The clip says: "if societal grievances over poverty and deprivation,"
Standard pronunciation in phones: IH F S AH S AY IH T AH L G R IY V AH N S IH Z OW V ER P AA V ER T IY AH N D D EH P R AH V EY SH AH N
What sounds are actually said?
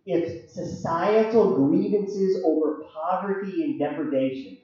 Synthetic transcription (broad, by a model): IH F S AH S AY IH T L G R IY V AH N S IH Z OW V ER P AA V ER T IY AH N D D EH P R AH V EY SH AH N